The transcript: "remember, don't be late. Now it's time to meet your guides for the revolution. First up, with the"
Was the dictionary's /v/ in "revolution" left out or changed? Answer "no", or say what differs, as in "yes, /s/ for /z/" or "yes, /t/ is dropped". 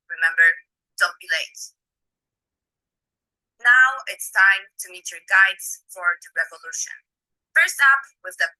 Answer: no